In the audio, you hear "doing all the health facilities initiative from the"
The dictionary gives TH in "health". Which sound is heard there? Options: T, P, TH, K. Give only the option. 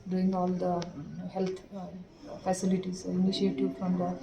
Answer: T